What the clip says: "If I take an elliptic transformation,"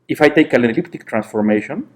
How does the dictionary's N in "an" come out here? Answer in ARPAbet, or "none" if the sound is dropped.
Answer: L